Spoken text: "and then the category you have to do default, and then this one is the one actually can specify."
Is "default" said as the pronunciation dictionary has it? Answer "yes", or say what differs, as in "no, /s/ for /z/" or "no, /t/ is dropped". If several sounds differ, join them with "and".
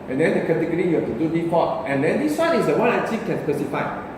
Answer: no, /p/ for /f/ and /l/ is dropped